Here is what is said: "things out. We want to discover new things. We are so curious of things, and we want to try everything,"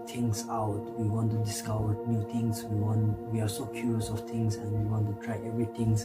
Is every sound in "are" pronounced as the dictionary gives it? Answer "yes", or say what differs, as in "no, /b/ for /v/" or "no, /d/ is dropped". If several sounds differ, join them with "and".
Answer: no, /w/ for /ɹ/